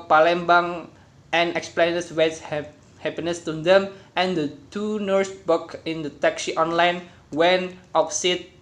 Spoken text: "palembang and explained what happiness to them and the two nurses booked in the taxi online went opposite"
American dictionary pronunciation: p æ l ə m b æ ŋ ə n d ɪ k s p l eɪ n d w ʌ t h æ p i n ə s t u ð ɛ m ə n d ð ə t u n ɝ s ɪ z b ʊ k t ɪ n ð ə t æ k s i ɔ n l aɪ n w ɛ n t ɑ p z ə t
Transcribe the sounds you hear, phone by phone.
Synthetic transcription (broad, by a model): p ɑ l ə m b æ ŋ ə n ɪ k s p l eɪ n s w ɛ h h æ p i n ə s t u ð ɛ m ə n d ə t u n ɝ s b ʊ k ɪ n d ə t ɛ k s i ɔ n l aɪ n w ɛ n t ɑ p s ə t